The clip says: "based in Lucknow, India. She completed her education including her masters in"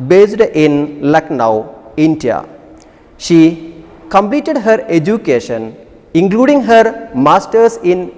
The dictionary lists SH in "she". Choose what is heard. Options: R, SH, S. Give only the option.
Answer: SH